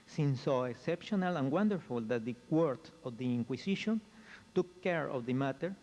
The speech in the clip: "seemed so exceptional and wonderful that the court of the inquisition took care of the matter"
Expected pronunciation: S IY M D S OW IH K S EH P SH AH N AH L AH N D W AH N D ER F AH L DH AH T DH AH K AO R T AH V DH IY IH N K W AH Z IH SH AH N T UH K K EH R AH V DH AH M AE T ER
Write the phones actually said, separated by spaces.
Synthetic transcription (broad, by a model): S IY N S OW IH K S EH P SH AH N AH L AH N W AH N D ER F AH L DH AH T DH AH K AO R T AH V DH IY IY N K W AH S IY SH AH N T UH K K EH R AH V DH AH M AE T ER